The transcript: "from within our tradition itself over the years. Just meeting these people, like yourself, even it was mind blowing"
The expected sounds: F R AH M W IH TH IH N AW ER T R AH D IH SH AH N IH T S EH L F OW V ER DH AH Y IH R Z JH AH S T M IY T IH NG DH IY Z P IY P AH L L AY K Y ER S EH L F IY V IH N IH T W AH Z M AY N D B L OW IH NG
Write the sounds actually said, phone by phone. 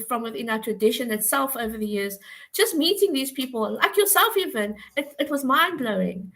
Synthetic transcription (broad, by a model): F R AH M W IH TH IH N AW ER T R AH D IH SH AH N IH T S EH L F OW V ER DH AH Y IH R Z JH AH S T M IY T IH NG DH IY Z P IY P AH L L AY K Y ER S EH L F IY V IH N IH T W AH Z M AY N B L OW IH NG